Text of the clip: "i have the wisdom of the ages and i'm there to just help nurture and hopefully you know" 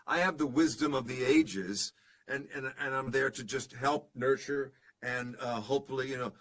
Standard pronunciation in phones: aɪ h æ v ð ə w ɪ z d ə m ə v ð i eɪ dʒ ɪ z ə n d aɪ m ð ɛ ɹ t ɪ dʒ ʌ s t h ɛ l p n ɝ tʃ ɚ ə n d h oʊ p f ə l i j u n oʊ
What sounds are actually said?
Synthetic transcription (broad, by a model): aɪ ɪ v ð ə w ɪ z d ə m ə v ð i eɪ dʒ ɪ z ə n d aɪ m ð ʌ ɹ t ɪ dʒ ʌ s t h ɛ l p n ɝ tʃ ɚ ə n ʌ h oʊ p f l i j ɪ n oʊ